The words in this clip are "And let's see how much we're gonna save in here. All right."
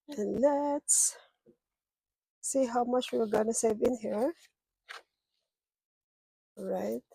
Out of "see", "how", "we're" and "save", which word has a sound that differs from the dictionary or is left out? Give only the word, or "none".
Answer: we're